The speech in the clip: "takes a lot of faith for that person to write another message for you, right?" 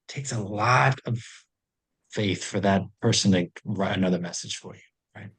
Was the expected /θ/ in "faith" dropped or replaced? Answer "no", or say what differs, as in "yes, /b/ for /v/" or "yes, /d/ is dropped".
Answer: no